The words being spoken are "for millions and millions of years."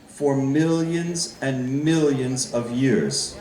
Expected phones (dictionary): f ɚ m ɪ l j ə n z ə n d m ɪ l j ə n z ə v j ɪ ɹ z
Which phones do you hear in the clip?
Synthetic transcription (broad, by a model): f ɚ m ɪ l j ə n z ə n m ɪ l j ə n z ə v j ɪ ɹ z